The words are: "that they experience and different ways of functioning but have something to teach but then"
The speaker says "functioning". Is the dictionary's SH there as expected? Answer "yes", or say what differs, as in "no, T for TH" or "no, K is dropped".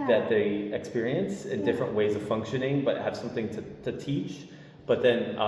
yes